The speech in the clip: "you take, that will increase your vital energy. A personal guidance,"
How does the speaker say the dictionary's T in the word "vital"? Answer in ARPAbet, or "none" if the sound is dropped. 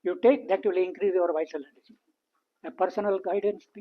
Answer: S